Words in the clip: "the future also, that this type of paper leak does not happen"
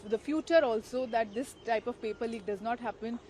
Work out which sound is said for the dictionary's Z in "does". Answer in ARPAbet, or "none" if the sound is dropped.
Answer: Z